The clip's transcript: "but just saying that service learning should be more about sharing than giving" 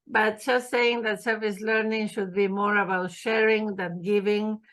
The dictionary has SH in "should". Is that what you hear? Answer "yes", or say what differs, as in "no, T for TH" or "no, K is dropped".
yes